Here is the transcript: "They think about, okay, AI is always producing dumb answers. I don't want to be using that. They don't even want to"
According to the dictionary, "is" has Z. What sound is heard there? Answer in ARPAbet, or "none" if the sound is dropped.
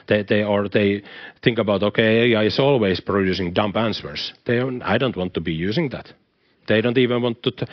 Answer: S